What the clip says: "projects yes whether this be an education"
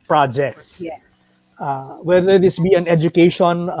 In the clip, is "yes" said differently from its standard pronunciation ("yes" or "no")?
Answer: yes